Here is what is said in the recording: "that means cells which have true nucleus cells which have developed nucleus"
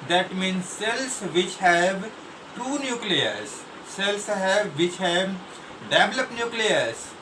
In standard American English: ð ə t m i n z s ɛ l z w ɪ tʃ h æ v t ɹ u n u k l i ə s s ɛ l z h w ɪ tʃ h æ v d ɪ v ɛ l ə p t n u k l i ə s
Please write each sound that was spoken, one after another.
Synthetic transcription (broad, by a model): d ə t m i n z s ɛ l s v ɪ tʃ h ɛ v t u n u k l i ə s s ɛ l s h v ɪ tʃ h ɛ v d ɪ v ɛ l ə p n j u k l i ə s